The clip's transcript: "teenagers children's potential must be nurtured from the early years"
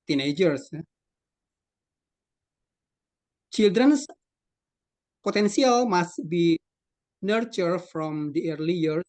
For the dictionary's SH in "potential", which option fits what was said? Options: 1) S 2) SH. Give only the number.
1